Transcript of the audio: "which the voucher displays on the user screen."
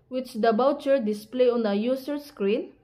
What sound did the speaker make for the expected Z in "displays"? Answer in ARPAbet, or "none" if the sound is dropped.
none